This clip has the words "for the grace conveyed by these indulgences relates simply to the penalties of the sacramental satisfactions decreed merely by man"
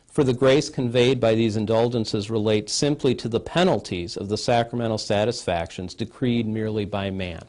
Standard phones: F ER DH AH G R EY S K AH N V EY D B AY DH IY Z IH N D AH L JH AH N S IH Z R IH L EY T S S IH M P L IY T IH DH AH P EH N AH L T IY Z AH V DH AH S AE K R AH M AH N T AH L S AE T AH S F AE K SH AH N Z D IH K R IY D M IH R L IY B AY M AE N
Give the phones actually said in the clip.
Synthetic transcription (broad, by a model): F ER DH AH G R EY S K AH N V EY D B AY DH IY Z IH N D AH L JH AH N S IH Z R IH L EY T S S IH M P L IY T IH DH AH P EH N L T IY Z AH V DH AH S AE K R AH M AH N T L S AE T AH S F AE K SH AH N Z D IH K R IY D M IH R L IY B AY M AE N